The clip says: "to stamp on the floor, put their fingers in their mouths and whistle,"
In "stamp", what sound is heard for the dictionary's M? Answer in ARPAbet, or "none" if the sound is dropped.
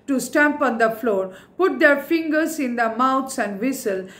M